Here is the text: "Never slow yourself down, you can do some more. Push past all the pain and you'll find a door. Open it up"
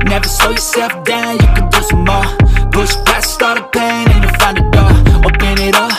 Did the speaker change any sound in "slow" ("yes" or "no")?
yes